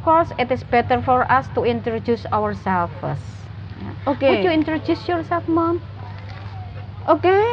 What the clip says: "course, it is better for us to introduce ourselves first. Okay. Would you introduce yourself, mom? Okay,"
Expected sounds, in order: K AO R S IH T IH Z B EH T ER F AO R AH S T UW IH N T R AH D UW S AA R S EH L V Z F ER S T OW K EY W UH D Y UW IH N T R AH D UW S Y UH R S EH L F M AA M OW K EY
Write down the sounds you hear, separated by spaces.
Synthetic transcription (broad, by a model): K AO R S IH T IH S B EH T ER F AO R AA S T UW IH N T R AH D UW S AA R S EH L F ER S OW K EY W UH Y UW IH N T R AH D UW S Y UH R S EH L F M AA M OW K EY